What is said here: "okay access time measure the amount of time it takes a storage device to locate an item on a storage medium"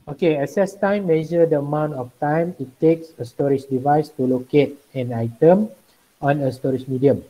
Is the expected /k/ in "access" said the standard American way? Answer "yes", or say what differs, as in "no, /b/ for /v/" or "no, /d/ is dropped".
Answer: no, /k/ is dropped